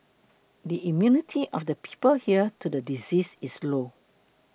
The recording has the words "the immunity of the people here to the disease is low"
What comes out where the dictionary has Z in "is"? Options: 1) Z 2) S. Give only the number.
2